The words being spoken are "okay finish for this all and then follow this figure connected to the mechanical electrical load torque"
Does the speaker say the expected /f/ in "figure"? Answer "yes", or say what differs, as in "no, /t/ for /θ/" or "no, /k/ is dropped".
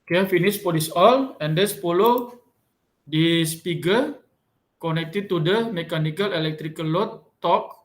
no, /p/ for /f/